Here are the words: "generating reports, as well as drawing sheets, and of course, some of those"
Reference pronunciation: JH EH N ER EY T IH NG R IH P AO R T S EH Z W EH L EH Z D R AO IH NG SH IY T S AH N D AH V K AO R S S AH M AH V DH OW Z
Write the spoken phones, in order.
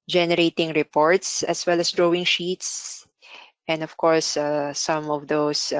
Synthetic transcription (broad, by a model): JH EH N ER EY T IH NG R IH P AO R T S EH S W EH L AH S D R AO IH NG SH IY T S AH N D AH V K AO R S S AH M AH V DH OW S